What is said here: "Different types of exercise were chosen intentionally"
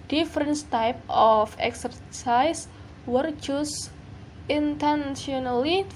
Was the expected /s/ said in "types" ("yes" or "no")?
no